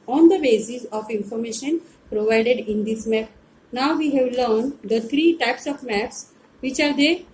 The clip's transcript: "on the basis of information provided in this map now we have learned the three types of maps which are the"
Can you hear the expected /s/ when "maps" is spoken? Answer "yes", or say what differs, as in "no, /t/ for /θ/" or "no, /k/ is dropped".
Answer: yes